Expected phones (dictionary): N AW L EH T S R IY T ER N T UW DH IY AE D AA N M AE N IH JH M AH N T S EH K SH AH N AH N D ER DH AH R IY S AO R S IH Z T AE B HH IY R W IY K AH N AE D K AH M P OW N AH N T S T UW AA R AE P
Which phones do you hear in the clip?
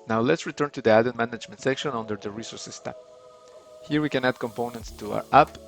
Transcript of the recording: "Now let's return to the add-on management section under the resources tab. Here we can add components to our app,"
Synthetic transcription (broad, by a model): N AW L EH T S R IY T ER N T UW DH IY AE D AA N M AE N IH JH M AH N T S EH K SH AH N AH N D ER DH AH R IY S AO R S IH S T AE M HH IY R W IY K AH N AE D K AH M P OW N AH N T S T UW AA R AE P